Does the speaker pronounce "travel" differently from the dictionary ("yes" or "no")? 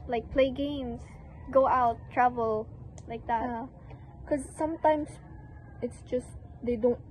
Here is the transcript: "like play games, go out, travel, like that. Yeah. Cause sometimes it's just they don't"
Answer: no